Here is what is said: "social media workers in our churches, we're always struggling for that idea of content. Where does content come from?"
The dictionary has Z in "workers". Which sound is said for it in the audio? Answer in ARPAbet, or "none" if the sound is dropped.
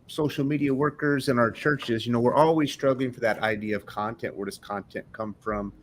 Z